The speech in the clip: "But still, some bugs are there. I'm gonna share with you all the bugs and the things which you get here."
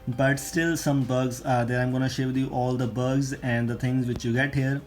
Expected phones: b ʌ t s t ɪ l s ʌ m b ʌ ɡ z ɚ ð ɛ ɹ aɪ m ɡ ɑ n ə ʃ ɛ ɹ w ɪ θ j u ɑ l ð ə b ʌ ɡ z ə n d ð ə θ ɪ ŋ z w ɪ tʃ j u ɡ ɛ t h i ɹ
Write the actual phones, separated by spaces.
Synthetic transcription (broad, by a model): b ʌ t s t ɪ l s ʌ m b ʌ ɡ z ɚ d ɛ ɹ aɪ m ɡ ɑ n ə ʃ ɛ ɹ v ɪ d j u ɑ l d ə b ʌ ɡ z ə n d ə t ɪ ŋ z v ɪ tʃ j u ɡ ɛ t h i ɹ